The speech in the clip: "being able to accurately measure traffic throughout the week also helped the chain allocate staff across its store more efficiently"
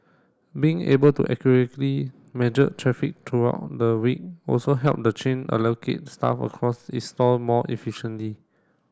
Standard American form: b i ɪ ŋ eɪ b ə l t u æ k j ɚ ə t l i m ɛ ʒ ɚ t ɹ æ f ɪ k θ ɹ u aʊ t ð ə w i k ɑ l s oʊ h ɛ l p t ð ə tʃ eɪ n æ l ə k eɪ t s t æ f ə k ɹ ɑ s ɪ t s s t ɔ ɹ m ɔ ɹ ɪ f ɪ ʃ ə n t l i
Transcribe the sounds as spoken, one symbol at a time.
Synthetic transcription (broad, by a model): b i ɪ ŋ eɪ b ə l t u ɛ k j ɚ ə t l i m ɛ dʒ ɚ t ɹ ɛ f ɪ k t ɹ u aʊ t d ə w i k ɑ l s oʊ h ɛ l p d ə tʃ eɪ n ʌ l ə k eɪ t s t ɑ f ə k ɹ ɑ s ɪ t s s t ɔ l m ɔ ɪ f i ʃ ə n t l i